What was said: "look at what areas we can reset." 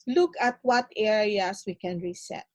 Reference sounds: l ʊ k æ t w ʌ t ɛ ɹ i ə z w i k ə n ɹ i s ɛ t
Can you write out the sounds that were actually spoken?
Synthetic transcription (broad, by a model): l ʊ k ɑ t w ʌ t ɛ ɹ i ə s w i k ə n ɹ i s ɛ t